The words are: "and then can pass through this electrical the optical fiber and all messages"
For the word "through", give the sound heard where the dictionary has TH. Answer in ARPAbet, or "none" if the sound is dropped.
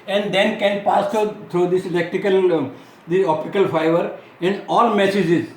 T